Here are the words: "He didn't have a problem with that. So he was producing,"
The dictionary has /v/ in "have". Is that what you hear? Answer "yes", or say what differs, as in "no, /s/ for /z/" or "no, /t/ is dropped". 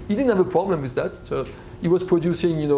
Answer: yes